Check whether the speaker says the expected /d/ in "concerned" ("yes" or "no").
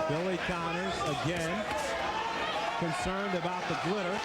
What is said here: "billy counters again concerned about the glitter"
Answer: yes